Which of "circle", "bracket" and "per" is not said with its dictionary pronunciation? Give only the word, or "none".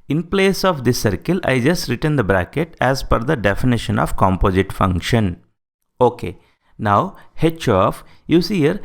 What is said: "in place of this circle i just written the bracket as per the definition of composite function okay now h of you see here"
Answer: per